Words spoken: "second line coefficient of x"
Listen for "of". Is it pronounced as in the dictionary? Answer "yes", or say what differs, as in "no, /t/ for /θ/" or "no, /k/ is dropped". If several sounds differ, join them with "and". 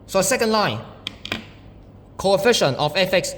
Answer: no, /f/ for /v/